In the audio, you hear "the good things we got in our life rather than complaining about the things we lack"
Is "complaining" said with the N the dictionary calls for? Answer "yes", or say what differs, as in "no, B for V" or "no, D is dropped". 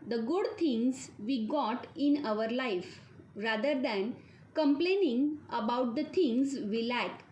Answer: yes